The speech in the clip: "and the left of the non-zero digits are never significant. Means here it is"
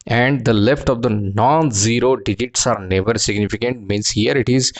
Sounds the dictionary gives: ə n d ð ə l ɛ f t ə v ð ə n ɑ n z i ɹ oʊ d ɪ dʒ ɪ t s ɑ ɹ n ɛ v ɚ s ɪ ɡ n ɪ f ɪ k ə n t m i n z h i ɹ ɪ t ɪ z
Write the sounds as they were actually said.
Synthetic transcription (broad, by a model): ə n d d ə l ɛ f t ə v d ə n ɑ n z i ɹ oʊ d ɪ dʒ ɪ t s ɑ ɹ n ɛ v ɚ s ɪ ɡ n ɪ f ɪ k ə n t m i n s h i ɹ ɪ t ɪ z